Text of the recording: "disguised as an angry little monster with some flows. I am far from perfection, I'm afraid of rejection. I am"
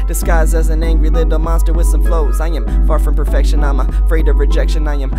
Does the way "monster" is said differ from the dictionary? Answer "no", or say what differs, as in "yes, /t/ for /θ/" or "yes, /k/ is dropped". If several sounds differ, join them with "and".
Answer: no